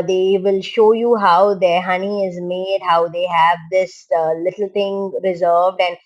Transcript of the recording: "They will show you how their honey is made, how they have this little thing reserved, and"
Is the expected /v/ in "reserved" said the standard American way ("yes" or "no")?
yes